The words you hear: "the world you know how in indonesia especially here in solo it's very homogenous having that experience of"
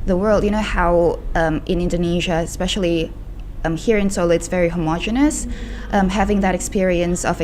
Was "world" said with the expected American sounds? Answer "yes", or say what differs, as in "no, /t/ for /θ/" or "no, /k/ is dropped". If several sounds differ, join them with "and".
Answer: yes